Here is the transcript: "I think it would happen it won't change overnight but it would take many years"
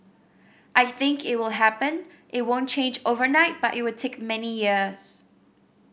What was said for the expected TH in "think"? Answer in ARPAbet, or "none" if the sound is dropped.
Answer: TH